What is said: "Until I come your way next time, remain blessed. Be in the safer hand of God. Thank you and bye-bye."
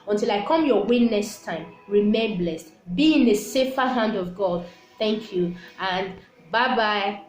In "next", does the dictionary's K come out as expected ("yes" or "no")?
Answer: no